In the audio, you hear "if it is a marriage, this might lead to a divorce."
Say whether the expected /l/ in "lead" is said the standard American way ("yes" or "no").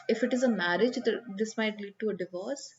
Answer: yes